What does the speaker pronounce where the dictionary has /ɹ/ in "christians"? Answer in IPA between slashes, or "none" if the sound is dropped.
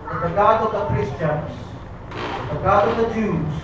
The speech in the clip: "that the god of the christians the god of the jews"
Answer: /ɹ/